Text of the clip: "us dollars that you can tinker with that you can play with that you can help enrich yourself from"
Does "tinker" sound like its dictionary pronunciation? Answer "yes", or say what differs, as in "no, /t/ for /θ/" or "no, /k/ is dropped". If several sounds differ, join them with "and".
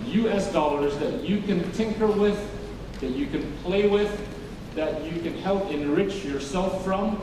yes